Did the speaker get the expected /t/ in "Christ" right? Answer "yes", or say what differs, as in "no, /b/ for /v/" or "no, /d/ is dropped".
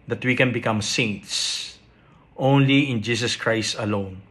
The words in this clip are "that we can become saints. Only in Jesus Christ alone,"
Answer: yes